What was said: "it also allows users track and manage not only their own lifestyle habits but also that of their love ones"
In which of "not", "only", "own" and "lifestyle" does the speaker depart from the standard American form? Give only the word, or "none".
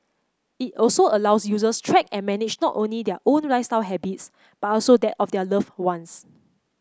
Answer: lifestyle